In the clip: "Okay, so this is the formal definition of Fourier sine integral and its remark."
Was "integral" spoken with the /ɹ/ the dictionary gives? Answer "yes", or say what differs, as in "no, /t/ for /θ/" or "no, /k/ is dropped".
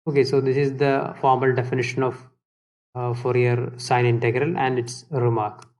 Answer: yes